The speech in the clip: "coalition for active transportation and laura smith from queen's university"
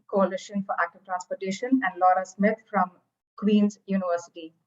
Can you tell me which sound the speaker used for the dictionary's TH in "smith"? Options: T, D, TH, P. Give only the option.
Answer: T